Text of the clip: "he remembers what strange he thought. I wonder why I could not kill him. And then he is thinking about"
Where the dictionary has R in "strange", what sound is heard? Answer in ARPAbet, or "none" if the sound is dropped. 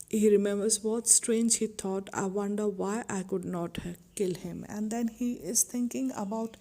R